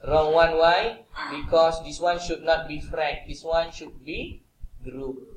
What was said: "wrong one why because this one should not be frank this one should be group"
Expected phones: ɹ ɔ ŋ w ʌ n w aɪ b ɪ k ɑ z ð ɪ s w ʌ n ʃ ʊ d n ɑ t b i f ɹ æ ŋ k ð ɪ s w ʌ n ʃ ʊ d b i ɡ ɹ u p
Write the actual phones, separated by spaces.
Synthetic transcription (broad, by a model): ɹ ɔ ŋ w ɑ n w aɪ b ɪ k ɑ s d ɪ s w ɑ n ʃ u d n ɑ t b i f ɹ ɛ k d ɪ s w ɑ n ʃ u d b i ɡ ɹ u